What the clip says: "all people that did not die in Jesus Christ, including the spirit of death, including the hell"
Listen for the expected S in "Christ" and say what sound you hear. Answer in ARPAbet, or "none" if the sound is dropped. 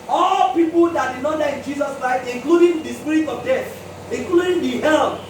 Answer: none